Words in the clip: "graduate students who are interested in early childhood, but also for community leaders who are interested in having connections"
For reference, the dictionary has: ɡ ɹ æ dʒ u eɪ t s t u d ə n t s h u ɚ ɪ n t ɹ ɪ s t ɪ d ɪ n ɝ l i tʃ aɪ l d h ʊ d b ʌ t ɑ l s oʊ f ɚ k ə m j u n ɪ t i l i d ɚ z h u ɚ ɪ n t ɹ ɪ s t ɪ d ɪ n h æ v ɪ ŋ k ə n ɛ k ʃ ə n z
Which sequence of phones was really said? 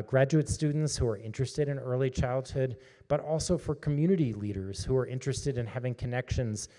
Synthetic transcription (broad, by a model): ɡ ɹ æ dʒ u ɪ t s t u d n t s h u ɚ ɪ n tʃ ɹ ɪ s t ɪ d ɪ n ɝ l i tʃ aɪ l d h ʊ d b ʌ t ɑ l s oʊ f ɚ k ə m j u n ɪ t i l i d ɚ z h u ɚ ɪ n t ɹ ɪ s t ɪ d ɪ n h æ v ɪ ŋ k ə n ɛ k ʃ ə n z